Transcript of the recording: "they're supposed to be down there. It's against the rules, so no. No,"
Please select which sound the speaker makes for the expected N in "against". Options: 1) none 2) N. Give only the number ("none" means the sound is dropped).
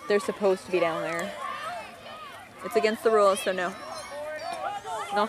2